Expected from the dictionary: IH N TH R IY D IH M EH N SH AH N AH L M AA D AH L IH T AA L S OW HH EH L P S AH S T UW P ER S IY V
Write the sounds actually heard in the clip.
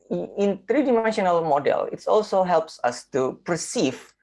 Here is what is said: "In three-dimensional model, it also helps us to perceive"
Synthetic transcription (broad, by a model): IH N T R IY D IH M EH N SH AH N AH L M AA D AH L IH T AA L S OW HH EH L P S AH S T UW P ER S IY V